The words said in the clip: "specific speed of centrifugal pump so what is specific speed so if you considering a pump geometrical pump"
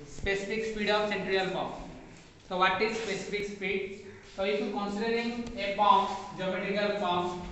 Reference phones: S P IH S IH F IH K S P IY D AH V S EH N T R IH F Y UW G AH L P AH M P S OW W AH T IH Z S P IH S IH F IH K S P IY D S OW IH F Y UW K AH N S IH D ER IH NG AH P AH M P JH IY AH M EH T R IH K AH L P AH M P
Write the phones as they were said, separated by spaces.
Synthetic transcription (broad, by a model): S P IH S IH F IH K S P IY D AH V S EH N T R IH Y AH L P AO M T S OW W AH T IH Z S P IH S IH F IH K S P IY D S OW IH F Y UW K AH N S IH D ER IH NG AH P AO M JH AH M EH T IH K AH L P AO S